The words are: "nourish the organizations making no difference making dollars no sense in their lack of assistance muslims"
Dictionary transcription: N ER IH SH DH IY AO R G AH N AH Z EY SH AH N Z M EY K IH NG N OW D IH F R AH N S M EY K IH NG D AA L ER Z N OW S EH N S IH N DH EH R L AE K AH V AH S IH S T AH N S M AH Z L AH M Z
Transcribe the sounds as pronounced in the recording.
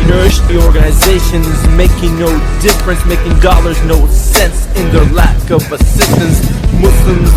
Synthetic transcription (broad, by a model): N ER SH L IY AO R G AH N AH Z EY SH AH N Z M EY K IH NG N OW D IH F R AH N S M EY K IH NG D AA L ER Z N OW S EH N S IH N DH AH R L AE K AH V AH S IH S T AH N S M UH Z L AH M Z